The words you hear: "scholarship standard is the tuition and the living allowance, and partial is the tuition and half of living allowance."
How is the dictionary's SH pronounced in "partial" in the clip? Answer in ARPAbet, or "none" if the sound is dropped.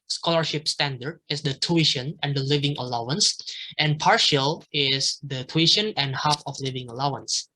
SH